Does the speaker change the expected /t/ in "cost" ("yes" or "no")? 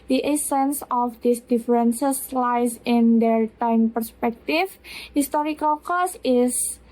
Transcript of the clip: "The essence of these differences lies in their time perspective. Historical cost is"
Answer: yes